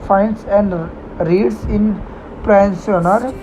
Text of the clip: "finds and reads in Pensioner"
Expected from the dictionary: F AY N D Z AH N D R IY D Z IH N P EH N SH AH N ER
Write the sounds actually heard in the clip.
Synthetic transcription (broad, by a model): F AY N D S AH N D R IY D S IH N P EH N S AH N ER